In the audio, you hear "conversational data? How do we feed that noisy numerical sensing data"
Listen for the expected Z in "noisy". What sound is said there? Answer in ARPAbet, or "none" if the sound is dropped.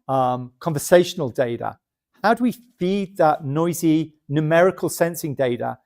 Z